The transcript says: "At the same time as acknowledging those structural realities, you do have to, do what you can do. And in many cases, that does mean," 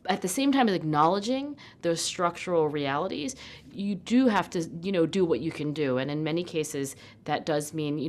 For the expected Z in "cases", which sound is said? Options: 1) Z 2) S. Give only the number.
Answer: 1